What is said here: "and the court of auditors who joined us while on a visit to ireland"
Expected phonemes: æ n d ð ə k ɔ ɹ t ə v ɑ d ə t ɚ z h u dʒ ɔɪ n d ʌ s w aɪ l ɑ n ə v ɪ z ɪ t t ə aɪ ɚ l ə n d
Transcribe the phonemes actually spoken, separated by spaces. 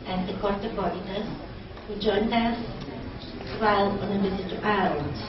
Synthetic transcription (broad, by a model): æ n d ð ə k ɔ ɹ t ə b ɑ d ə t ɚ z h u dʒ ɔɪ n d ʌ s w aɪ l ɑ n ə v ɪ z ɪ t t ə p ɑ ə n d